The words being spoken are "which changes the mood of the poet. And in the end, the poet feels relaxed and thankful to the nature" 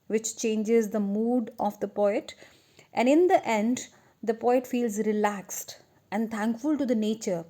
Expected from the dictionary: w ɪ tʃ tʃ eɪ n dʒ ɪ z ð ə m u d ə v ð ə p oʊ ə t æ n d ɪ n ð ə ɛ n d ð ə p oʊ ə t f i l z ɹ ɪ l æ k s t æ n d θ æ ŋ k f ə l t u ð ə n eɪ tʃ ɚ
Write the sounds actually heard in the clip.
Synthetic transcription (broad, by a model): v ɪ tʃ tʃ eɪ n dʒ ɪ z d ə m u d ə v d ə p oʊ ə t æ n d ɪ n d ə ɛ n d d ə p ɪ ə t f i l z ɹ ɪ l æ k s t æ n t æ ŋ k f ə l t u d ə n eɪ tʃ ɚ